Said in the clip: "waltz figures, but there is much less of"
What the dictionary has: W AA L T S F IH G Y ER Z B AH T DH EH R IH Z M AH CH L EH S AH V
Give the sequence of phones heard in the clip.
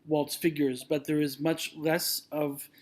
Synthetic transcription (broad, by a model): W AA L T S F IH G Y ER Z B AH T DH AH R IH Z M AH CH L EH S AH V